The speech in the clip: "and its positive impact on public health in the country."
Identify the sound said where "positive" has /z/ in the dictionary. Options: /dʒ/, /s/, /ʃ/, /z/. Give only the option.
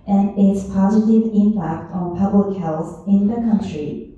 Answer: /z/